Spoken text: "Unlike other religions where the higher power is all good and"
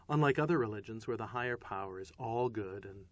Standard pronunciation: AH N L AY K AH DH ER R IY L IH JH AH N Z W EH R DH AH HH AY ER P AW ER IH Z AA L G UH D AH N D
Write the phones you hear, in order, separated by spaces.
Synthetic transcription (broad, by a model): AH N L AY K AH DH ER R IY L IH JH AH N Z W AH R DH AH HH AY ER P AW ER IH Z AA L G UH D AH N